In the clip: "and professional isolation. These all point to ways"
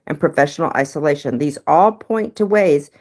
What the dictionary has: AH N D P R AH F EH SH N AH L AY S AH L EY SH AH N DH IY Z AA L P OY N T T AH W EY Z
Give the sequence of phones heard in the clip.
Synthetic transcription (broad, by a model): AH N P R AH F EH SH N L AY S AH L EY SH AH N DH IY Z AA L P OY N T T AH W EY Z